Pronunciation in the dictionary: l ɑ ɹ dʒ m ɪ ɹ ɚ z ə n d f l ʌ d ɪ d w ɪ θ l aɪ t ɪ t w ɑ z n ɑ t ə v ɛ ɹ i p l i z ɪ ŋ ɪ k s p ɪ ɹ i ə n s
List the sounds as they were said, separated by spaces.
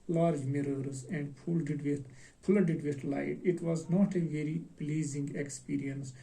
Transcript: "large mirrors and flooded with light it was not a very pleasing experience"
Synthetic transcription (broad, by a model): l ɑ ɹ dʒ m ɪ ɹ ɚ z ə n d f l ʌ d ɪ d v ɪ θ l aɪ t ɪ t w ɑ z n ɑ t ə v ɛ ɹ i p l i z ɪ ŋ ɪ k s p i ɹ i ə n s